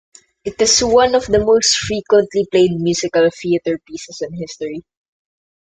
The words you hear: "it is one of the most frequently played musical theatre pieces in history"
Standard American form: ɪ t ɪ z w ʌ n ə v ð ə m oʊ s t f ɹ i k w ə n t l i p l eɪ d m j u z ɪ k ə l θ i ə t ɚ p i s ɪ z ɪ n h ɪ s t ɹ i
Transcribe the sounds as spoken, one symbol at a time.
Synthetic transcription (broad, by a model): ɪ t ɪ s w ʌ n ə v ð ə m oʊ s t f ɹ i k w ə n t l i p l eɪ d m j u s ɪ k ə l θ i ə t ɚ p i s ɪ s ɪ n h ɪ s t ɹ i